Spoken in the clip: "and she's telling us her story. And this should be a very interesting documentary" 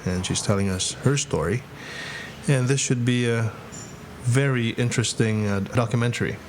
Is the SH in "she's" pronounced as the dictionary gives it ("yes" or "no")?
yes